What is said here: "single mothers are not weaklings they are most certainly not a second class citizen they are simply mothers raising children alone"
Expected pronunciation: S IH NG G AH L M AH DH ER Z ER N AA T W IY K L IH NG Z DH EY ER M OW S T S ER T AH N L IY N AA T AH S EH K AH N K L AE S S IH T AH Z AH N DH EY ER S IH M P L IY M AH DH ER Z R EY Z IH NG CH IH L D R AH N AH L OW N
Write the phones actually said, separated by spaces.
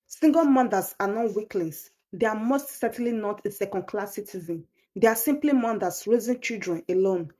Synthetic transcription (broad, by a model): S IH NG G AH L M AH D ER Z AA N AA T W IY K L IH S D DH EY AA M OW S T S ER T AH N L IY N AA T AH S EH K AH N K L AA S S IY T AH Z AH N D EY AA S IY M P L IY M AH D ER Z R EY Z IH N CH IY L D R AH N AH L OW N